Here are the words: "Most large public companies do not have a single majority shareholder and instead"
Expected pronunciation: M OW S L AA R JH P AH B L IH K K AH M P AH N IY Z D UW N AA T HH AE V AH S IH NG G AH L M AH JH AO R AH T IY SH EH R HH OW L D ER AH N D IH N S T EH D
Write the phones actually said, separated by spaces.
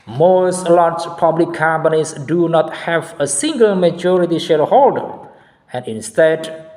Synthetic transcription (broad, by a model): M OW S L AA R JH P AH B L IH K K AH M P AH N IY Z D UW N AA T HH AE V AH S IH NG G AH L M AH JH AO R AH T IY SH EH R HH OW L D ER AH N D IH N S T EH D